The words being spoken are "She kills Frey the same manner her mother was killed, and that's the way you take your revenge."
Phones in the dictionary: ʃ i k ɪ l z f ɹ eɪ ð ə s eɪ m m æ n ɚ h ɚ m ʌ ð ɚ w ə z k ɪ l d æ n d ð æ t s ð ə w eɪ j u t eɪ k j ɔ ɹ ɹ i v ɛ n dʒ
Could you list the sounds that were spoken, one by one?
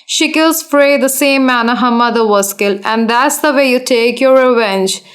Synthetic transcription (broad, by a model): ʃ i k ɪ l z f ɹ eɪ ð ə s eɪ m m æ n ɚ h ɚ m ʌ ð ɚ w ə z k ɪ l æ n d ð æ t s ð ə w eɪ j u t eɪ k j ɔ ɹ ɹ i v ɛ n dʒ